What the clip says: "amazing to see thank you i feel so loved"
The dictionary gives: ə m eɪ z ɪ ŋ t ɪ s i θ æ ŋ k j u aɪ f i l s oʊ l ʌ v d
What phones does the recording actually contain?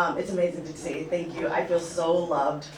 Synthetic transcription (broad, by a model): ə m eɪ z ɪ ŋ t ɪ s i θ æ ŋ k j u aɪ f i l s oʊ l ʌ v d